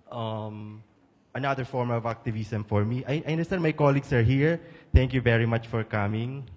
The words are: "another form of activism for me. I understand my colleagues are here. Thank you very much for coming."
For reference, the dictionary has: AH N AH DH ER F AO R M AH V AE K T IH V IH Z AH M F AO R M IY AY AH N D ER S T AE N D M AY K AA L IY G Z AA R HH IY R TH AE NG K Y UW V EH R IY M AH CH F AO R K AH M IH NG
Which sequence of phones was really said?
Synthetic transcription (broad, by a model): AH N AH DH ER F AO R M AH V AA K T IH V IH S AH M F AO R M IY AY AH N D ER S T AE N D M AY K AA L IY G S AA R HH IY R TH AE NG K Y UW V EH R IY M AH CH F AO R K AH M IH NG